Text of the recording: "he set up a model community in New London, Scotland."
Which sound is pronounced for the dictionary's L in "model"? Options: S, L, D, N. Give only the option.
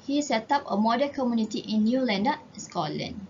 N